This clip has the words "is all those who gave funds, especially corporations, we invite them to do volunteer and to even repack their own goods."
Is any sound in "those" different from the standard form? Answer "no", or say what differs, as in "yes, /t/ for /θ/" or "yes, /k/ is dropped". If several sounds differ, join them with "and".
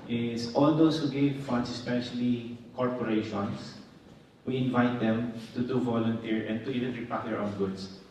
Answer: yes, /s/ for /z/